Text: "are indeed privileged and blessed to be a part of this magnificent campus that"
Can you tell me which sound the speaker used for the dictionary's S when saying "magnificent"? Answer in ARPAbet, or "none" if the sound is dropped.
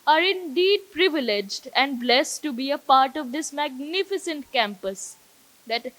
S